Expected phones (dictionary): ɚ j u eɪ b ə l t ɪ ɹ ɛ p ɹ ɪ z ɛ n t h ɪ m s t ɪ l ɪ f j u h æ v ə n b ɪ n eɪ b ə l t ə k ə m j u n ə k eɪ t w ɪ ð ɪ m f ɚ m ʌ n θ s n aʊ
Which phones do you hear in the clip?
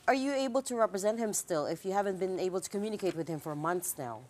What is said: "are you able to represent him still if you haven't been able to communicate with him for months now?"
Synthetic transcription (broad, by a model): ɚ j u eɪ b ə l t ɪ ɹ ɛ p ɹ ɪ z ɛ n t h ɪ m s t ɪ l ɪ f j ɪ h æ v ə n b ɪ n eɪ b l t ə k ə m j u n ə k eɪ t w ɪ ð ɪ m f ɚ m ʌ n θ s n aʊ